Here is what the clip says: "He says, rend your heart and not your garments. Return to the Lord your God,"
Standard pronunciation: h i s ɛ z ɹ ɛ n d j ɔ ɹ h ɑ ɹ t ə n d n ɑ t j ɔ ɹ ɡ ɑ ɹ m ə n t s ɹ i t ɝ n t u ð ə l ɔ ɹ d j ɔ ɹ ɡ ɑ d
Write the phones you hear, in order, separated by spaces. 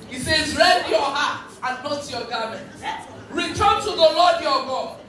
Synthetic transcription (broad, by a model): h i s ɛ z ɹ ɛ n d j ɔ h ɑ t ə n n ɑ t j ɔ ɡ ɑ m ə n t ɹ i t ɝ n t u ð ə l ɔ d j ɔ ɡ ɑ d